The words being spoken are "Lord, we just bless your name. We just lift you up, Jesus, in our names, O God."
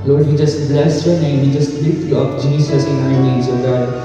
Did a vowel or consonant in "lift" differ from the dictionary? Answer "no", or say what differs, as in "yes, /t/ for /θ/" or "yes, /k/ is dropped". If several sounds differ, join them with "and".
yes, /f/ is dropped